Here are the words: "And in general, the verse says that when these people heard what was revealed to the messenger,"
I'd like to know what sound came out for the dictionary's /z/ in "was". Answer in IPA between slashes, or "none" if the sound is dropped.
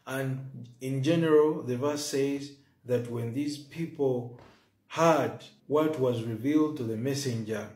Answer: /z/